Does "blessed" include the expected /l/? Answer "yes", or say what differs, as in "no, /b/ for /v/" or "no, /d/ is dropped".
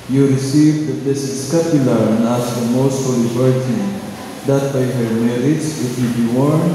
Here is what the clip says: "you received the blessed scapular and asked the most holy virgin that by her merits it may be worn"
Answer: no, /l/ is dropped